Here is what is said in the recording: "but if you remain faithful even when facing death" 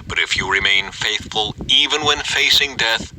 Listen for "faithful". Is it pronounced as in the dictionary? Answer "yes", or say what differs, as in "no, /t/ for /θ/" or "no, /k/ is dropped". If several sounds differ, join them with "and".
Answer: yes